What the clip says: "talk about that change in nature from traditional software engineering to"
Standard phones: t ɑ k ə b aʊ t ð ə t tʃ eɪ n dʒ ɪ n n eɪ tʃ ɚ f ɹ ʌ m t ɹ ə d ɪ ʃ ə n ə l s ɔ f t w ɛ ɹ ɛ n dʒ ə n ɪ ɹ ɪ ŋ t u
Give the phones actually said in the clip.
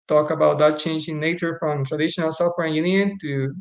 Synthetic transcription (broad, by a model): t ɑ k ə b aʊ t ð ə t tʃ eɪ n dʒ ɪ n n eɪ tʃ ɚ f ɹ ʌ m t ɹ ə d ɪ ʃ ə n ə l s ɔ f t w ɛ ɹ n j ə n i ɪ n t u